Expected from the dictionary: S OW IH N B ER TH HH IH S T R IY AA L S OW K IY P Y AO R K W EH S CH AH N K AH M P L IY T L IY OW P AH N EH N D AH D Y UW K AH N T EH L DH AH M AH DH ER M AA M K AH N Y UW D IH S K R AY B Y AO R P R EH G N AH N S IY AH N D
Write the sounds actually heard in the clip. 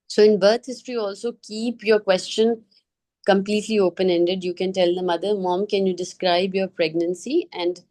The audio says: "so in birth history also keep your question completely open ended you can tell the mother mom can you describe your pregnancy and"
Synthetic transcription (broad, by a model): S OW IH N B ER T HH IH S T R IY AA L S OW K IY P Y AO R K W EH S CH AH N K AH M P L IY T L IY OW P AH N EH N D AH D Y UW K AH N T EH L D AH M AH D ER M AA M K AH N Y UW D IH S K R AY B Y AO R P R EH G N AH N S IY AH N D